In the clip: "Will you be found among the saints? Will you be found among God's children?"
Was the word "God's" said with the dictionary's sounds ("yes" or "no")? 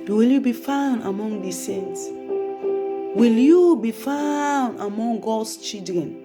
no